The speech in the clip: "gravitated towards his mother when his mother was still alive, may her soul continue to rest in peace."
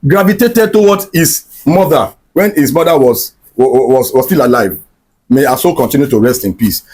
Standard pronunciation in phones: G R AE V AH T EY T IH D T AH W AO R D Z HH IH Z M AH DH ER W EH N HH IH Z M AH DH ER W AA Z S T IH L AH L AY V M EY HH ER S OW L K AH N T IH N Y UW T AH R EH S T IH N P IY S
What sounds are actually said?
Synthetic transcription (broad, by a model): G R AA V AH T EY T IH D T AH W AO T HH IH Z M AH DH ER W EH N HH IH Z M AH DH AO W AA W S T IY L AH L AY V M EY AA S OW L K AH N T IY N Y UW T AH R EH S T IH N P IY S